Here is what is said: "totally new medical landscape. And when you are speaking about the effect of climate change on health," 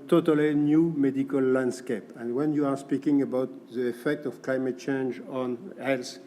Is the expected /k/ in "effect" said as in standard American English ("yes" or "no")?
yes